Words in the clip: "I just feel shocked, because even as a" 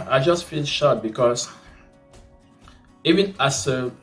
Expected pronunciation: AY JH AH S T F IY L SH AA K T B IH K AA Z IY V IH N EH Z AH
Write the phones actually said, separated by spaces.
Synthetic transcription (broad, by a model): AY JH AH S T F IY L SH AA T B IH K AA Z IY V IH N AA S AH